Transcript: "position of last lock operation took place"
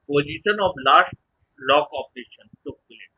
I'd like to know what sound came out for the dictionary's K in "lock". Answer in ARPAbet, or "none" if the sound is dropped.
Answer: K